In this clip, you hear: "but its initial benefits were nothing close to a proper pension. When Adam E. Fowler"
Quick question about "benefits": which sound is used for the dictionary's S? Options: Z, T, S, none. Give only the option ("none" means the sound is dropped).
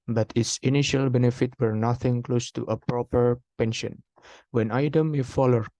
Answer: none